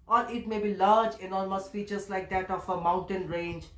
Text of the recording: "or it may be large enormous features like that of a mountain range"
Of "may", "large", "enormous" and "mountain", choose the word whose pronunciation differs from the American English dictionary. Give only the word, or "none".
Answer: enormous